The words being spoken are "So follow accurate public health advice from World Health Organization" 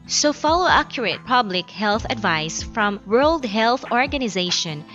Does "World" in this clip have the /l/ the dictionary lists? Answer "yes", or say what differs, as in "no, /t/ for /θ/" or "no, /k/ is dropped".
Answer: yes